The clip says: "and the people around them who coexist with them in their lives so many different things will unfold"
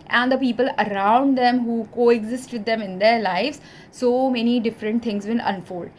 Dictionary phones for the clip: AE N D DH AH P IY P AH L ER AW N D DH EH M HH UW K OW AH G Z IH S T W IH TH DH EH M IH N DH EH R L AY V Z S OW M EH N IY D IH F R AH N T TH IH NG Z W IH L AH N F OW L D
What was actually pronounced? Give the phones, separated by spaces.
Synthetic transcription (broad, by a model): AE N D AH P IY P AH L ER AW N D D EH M HH UW K OW AH G Z IH S T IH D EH M IH N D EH R L AY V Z S OW M EH N IY D IH F R AH N T T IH NG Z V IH N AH N F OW L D